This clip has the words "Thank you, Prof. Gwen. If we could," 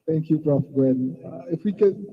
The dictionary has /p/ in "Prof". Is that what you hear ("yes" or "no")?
no